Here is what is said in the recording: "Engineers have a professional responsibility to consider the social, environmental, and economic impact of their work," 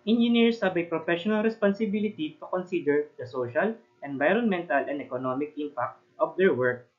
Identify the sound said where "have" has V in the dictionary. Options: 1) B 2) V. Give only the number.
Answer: 1